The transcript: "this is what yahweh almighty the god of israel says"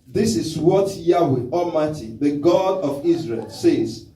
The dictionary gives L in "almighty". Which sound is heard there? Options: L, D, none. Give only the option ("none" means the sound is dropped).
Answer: none